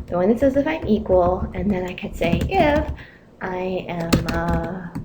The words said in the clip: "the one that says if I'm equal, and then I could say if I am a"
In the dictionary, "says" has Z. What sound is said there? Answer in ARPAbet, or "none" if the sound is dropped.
Z